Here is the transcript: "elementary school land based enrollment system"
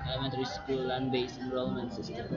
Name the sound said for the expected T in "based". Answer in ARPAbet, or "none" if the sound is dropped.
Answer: none